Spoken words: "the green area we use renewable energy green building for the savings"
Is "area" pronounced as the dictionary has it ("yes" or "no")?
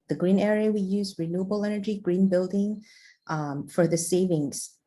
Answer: yes